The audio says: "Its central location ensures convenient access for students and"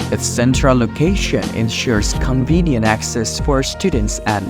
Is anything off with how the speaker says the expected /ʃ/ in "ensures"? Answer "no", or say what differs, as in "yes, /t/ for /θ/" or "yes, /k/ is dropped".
no